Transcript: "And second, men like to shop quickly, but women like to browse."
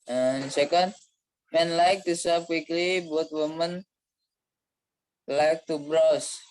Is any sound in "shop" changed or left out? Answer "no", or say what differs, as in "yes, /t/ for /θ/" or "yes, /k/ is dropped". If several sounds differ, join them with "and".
yes, /s/ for /ʃ/